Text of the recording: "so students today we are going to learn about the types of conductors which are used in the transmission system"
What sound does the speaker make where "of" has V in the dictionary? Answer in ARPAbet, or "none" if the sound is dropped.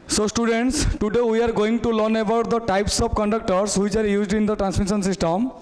B